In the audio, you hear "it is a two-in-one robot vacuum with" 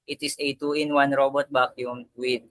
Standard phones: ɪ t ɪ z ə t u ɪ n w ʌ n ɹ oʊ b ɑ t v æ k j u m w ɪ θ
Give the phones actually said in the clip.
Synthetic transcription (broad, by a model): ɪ t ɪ s ə t u ɪ n w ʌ n ɹ oʊ b ɑ t b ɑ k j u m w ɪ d